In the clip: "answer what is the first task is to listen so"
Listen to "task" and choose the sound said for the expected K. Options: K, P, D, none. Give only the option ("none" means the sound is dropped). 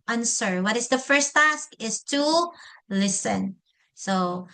K